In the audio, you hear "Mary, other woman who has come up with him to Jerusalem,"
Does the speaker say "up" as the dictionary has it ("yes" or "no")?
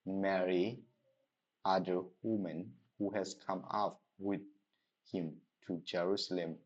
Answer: no